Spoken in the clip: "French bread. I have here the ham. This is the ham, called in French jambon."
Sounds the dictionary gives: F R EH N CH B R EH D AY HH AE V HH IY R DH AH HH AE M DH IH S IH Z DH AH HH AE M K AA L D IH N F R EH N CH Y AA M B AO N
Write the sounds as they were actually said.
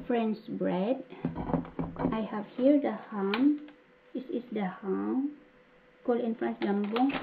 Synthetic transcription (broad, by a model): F R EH N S B R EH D AY HH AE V HH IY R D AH HH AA M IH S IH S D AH HH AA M K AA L IH N F R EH N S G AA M B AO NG